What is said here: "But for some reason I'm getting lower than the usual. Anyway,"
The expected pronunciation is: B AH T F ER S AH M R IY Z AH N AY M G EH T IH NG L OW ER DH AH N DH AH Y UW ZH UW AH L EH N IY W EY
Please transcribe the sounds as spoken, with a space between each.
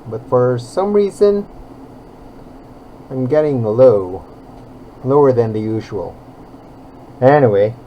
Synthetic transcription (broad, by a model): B AH T F ER S AH M R IY Z AH N AY M G EH T IH NG L OW ER DH AH N DH AH Y UW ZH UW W L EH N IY W EY